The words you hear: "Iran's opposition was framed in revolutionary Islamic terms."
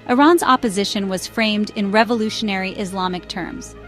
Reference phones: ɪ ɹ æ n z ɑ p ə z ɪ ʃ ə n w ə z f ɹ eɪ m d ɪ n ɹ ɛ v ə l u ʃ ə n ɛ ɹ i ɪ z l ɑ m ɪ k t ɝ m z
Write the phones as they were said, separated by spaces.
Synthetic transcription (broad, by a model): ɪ ɹ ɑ n z ɑ p ə z ɪ ʃ ə n w ə z f ɹ eɪ m d ɪ n ɹ ɛ v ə l u ʃ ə n ɛ ɹ i ɪ z l ɑ m ɪ k t ɝ m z